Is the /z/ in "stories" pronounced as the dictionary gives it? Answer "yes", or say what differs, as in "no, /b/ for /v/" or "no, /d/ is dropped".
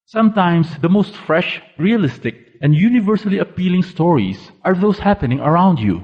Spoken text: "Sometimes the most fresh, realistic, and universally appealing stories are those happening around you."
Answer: no, /s/ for /z/